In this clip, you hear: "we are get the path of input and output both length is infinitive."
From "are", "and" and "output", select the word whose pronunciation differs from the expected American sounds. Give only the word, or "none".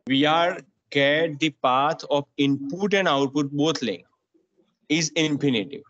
none